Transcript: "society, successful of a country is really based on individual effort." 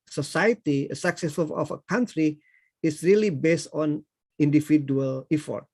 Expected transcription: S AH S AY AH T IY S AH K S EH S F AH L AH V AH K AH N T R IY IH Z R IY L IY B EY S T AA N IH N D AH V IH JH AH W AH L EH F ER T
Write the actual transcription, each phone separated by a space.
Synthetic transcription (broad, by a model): S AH S AY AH T IY S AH K S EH S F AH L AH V AH K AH N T R IY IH S R IY L IY B EY S T AA N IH N D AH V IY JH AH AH L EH F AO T